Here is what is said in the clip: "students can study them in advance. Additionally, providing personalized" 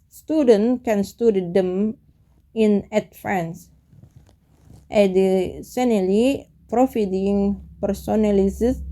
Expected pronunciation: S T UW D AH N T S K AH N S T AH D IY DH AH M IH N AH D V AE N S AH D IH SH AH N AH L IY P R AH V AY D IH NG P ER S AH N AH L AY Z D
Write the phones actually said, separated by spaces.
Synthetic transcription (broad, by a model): S T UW D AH N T K AH N S T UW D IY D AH M IH N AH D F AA N S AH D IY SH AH N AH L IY P R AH F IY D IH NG P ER S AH N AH L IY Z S